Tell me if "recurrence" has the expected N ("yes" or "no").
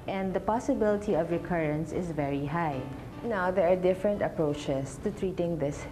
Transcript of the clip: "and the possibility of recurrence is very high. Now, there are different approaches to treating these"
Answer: yes